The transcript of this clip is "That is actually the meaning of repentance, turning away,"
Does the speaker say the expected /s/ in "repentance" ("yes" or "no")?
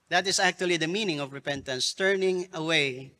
yes